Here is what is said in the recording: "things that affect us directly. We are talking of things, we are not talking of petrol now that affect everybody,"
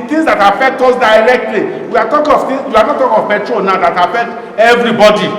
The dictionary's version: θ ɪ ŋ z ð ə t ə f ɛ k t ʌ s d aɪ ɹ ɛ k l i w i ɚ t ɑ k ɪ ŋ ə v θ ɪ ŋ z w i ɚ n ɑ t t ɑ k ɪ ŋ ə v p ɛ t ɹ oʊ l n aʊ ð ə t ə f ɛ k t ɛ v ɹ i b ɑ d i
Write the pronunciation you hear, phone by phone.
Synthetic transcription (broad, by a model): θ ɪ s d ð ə t ə f ɛ k t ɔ s d aɪ ɹ ɛ k l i w i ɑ t ɑ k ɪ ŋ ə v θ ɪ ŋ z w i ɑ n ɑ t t ɑ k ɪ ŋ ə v b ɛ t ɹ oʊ n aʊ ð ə t ə f ɛ k t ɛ v ɹ i b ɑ d i